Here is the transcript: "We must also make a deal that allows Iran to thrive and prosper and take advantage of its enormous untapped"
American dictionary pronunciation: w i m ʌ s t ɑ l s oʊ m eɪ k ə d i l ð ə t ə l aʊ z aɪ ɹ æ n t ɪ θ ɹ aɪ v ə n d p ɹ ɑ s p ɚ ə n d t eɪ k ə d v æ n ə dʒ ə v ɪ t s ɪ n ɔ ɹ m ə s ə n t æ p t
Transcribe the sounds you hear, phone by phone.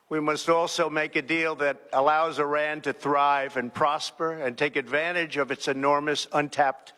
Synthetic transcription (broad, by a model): w i m ʌ s t ɑ l s oʊ m eɪ k ə d i l ð ə t ə l aʊ z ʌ ɹ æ n t ɪ θ ɹ aɪ v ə n p ɹ ɑ s p ɚ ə n t eɪ k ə d v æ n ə dʒ ə v ɪ t s ɪ n ɔ ɹ m ə s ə n t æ p t